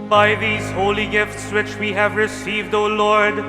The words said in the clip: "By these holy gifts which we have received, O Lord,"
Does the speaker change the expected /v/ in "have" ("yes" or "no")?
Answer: no